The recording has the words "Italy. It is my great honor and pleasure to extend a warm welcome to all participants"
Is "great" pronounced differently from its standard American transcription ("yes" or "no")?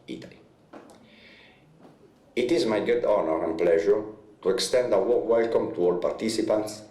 yes